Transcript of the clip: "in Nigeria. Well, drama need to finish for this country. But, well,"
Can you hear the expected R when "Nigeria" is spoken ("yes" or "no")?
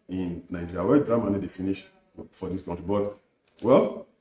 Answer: no